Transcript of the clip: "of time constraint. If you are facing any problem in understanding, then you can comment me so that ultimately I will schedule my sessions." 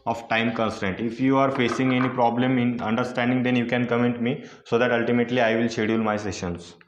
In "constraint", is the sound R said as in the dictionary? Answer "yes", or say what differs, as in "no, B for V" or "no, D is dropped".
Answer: no, R is dropped